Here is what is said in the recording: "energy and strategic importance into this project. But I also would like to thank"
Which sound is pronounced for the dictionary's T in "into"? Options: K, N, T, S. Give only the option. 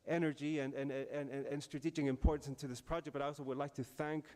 T